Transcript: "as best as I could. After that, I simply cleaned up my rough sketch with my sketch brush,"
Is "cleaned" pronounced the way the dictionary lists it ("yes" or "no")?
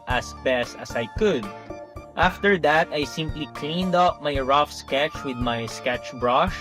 yes